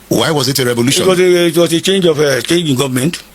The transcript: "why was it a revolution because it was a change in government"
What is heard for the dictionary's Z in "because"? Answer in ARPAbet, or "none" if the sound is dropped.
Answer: none